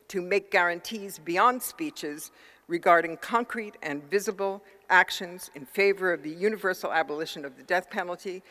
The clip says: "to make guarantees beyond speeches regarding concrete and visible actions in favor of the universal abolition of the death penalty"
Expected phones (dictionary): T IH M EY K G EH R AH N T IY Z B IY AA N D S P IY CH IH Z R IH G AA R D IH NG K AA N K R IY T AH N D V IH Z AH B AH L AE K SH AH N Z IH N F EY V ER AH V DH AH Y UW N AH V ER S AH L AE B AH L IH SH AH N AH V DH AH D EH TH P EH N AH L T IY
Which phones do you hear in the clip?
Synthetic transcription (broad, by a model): T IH M EY K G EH R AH N T IY Z B IY AA N D S P IY CH IH Z R IH G AA R D IH NG K AA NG K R IY T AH N V IH Z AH B L AE K SH AH N Z IH N F EY V ER AH V DH AH Y UW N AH V ER S L AE B AH L IH SH AH N AH V DH AH D EH TH P EH N L T IY